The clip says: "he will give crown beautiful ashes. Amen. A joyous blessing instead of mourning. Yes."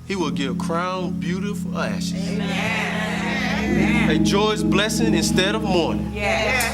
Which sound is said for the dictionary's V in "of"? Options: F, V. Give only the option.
V